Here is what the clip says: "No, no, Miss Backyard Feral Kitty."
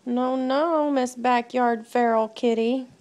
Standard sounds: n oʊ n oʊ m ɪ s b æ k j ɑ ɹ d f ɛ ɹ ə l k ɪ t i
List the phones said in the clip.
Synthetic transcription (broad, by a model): n oʊ n oʊ m ɪ s b æ k j ɑ ɹ d f ɛ ɹ l k ɪ t i